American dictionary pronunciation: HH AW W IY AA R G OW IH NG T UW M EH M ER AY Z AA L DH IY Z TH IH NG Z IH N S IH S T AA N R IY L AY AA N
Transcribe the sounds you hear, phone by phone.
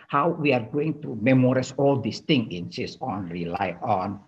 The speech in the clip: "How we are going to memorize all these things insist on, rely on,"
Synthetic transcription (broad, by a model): HH AW W IY AA R G OW IH NG T UW M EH M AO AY S AA L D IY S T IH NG IH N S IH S AA N R IY L AY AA N